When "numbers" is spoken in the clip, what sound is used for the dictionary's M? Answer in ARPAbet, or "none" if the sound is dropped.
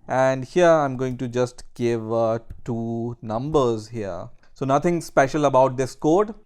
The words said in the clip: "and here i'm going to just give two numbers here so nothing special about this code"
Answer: M